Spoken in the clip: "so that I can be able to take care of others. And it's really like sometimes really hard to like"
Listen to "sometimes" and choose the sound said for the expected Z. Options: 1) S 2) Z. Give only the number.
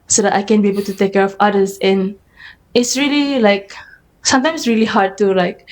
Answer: 1